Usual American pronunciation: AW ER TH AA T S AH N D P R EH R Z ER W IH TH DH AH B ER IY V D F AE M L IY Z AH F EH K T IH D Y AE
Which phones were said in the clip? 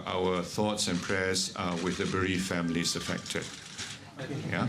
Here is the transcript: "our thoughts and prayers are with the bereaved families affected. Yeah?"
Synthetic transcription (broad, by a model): AW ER TH AA T S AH N P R EH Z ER W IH DH AH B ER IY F F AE M L IY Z AH F EH K T IH D Y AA